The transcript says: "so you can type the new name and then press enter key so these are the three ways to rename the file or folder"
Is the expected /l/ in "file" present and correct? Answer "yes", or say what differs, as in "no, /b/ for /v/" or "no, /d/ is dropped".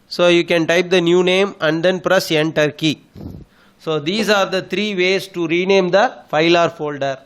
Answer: yes